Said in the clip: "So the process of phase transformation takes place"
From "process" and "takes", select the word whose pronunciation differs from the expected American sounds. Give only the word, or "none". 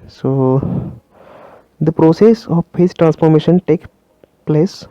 takes